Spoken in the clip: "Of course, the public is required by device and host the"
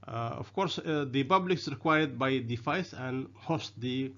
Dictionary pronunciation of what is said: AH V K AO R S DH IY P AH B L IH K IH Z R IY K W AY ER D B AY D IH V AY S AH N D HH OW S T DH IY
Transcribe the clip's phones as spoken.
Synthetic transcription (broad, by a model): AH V K AO R S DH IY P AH B L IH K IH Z R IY K W AY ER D B AY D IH F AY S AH N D HH OW S T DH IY